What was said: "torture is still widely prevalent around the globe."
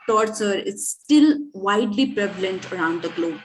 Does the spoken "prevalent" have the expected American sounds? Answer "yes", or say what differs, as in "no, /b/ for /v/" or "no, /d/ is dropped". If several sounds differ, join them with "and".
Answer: yes